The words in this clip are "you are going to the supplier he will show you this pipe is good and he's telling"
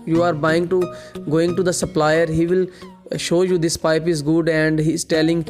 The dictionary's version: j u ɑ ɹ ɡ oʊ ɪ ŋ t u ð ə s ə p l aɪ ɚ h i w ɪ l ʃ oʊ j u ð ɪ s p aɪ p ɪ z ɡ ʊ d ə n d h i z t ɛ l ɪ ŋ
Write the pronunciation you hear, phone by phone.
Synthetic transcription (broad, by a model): j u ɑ ɹ ɡ oʊ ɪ ŋ t u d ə s ə p l aɪ ɚ h i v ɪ l ʃ oʊ j u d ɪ s p aɪ p ɪ z ɡ ʊ d ə n d h i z t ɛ l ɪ ŋ